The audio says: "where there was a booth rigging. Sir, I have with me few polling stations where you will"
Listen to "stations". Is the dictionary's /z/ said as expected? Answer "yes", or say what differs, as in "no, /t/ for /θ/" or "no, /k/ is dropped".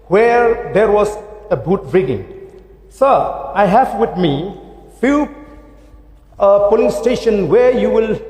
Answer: no, /z/ is dropped